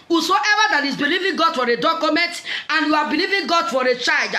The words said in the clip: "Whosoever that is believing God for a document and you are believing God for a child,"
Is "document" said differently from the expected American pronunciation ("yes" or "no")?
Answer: no